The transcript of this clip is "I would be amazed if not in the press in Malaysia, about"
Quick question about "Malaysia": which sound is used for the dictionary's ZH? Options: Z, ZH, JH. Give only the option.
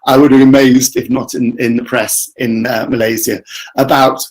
Z